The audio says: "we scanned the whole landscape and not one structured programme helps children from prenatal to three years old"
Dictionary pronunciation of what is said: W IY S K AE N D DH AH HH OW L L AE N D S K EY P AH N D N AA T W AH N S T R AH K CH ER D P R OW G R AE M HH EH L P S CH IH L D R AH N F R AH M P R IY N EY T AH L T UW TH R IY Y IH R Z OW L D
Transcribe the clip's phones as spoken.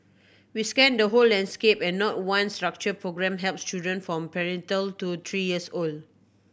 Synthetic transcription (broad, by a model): W IY S K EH N D AH HH OW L L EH N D S K EY P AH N N AA T W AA N S T R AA K CH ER P R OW G R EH M HH EH L P S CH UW D AH N F R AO M P R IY N T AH L T UW T R IY Y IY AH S OW L D